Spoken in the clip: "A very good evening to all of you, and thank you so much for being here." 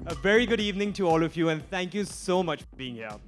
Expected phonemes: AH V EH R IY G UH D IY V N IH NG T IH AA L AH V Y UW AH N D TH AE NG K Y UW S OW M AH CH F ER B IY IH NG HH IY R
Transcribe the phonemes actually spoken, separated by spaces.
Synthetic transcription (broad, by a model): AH V EH R IY G UH D IY V N IH NG T IH AA L AH V Y UW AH N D TH AE NG K Y UW S OW M AH CH F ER B IY IH NG HH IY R